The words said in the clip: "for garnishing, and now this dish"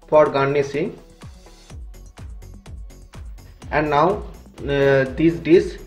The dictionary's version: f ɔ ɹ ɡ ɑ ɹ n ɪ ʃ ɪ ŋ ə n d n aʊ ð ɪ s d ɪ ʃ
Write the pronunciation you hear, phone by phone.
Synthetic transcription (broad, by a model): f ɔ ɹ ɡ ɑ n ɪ s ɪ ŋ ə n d n aʊ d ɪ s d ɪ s